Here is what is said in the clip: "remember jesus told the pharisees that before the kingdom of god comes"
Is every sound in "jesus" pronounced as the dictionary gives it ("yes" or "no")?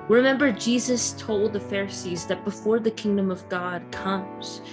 yes